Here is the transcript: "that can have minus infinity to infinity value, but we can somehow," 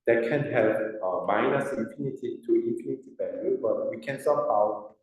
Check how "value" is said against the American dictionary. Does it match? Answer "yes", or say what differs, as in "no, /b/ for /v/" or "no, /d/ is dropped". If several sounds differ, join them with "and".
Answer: no, /b/ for /v/ and /l/ is dropped